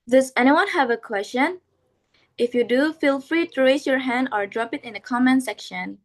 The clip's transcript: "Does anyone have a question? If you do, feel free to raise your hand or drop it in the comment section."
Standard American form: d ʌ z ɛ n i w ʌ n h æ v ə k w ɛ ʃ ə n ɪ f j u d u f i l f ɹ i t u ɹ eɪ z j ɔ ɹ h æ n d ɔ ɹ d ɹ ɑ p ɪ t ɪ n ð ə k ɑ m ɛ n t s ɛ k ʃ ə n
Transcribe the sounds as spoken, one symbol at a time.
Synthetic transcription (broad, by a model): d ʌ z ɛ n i w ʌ n h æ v ə k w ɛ s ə n ɪ f j u d u f i l f ɹ i t u ɹ eɪ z j ɔ ɹ h æ n d ɔ ɹ d ɹ ɑ p ɪ t ɪ n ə k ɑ m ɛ n s ɛ k ʃ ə n